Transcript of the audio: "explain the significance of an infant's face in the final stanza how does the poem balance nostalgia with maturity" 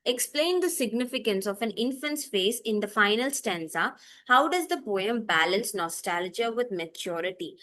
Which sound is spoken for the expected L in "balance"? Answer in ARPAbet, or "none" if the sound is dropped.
L